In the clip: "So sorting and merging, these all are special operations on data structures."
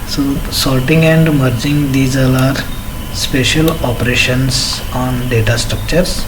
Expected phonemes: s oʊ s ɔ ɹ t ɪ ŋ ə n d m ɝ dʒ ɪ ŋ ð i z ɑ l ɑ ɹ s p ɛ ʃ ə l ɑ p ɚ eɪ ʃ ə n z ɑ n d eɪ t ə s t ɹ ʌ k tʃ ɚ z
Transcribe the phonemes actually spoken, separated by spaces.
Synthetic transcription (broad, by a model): s oʊ s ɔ l t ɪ ŋ ə n d m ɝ dʒ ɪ ŋ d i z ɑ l ɑ ɹ s p ɛ ʃ ə l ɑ p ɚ eɪ ʃ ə n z ɑ n d eɪ t ə s t ɹ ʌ k tʃ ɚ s